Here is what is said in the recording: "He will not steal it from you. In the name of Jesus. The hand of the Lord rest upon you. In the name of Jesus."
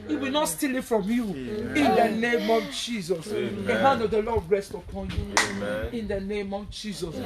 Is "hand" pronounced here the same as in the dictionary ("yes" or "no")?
no